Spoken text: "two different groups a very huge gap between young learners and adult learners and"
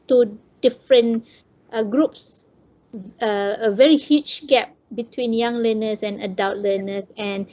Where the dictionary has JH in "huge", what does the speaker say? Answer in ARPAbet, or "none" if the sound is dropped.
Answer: CH